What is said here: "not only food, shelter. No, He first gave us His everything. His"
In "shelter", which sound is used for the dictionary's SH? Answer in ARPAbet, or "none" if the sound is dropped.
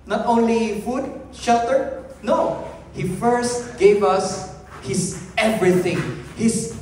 SH